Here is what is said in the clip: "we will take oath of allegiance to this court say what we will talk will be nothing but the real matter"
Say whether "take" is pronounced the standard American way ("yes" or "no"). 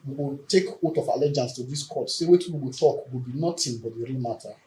yes